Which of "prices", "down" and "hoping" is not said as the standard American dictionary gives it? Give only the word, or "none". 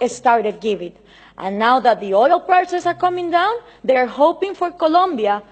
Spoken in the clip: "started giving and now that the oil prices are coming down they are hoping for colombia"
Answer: prices